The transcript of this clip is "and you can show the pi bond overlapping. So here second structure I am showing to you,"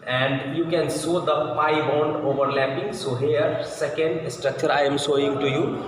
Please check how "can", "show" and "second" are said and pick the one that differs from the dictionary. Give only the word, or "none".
show